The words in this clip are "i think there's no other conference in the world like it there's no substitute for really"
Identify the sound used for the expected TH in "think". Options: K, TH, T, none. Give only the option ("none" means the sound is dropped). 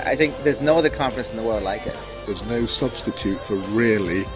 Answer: TH